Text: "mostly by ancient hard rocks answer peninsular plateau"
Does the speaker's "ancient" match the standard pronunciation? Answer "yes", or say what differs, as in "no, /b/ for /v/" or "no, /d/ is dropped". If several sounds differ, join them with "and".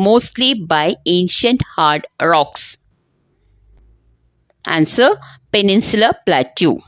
yes